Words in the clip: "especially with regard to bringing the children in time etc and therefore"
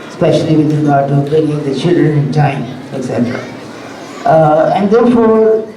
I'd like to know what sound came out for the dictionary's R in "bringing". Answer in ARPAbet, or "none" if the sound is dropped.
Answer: none